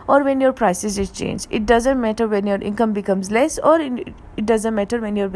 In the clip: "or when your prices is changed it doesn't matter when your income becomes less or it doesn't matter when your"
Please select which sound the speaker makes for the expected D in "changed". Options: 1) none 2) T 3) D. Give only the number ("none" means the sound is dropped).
1